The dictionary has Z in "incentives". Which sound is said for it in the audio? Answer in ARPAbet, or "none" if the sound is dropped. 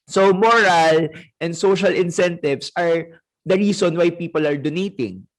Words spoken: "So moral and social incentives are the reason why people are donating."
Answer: S